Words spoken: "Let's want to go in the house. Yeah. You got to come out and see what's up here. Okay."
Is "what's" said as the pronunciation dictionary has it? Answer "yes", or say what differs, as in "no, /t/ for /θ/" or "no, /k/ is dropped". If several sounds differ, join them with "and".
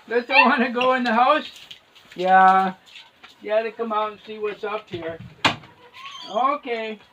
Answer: yes